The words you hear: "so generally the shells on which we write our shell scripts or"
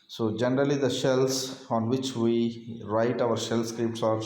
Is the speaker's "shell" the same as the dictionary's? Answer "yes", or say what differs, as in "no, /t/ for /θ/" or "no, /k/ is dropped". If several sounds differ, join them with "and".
yes